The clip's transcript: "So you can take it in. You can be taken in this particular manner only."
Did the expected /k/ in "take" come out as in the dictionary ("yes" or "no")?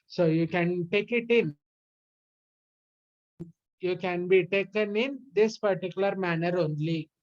yes